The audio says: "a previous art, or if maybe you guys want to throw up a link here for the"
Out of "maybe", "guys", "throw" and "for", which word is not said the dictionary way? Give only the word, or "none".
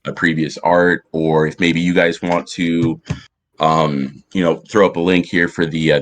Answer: none